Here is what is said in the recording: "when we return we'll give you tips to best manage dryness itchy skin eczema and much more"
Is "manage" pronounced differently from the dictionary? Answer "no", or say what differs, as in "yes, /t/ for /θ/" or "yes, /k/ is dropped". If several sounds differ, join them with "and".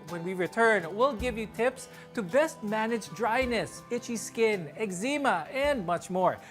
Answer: no